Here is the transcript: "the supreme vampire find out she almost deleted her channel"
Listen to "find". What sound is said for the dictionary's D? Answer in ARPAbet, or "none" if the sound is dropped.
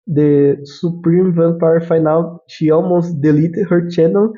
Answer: none